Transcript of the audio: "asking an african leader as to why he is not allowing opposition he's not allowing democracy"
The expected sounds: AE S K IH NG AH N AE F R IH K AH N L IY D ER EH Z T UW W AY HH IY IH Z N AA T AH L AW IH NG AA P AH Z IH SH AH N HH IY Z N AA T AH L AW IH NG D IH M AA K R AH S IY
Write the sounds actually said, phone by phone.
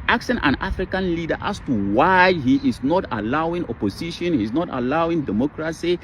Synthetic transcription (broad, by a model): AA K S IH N AH N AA F R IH K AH N L IY D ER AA S T UW W AY HH IY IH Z N AA T AH L AW IH NG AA P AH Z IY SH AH N HH IY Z N AA T AH L AW IH NG D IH M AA K R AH S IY